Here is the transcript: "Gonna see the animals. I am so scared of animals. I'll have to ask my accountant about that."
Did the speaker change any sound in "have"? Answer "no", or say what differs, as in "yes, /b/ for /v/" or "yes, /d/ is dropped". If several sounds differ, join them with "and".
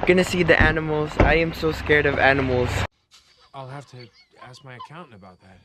yes, /f/ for /v/